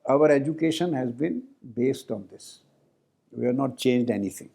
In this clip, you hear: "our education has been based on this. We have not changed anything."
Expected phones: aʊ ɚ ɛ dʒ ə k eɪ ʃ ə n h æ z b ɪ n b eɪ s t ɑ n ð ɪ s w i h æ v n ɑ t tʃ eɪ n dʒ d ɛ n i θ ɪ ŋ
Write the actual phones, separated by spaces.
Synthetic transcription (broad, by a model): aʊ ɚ ɛ dʒ ə k eɪ ʃ ə n h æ z b ɪ n b eɪ s t ɑ n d ɪ s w i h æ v n ɑ t tʃ eɪ n dʒ d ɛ n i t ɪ ŋ